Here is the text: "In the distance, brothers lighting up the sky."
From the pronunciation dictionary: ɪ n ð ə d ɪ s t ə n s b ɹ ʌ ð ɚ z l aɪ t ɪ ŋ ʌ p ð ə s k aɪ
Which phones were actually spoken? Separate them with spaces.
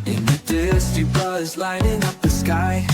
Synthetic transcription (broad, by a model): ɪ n ð ə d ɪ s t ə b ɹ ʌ ɚ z l aɪ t ɪ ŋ ʌ p ð ə s k aɪ